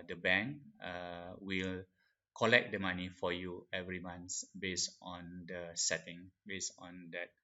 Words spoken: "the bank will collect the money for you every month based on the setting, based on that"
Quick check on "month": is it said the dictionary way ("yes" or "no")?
no